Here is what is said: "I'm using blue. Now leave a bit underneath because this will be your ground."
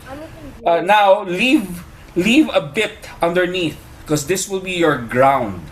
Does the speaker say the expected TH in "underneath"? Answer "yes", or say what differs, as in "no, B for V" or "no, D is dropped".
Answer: yes